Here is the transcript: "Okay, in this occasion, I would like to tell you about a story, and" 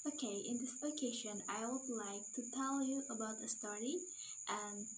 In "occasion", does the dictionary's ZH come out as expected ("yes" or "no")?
no